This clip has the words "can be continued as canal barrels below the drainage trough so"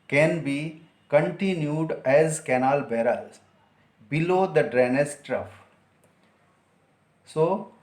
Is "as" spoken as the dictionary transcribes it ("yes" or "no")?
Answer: yes